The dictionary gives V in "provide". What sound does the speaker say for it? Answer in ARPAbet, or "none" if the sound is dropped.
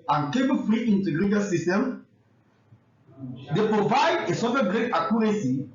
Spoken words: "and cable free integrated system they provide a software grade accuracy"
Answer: V